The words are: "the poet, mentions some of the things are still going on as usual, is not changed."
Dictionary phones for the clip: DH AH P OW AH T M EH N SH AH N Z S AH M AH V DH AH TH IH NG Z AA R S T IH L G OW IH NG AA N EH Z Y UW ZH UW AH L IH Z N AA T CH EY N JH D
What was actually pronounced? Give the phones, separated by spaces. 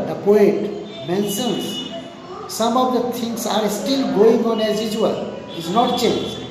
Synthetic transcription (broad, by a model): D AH P OW AH T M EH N S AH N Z S AH M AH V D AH T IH NG S AA R S T IH L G OW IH NG AA N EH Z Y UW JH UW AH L IH Z N AA T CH EY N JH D